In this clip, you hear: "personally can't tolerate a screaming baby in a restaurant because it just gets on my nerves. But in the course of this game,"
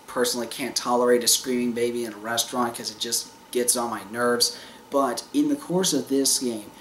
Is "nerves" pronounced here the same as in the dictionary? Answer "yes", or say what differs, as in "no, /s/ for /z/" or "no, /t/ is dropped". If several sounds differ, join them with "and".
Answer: yes